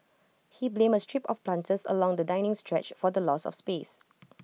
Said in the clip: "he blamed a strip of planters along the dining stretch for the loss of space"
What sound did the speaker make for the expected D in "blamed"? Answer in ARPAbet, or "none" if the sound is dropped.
none